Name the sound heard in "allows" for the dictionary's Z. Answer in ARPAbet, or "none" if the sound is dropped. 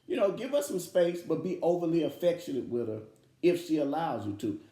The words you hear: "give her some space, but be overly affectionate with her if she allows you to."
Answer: Z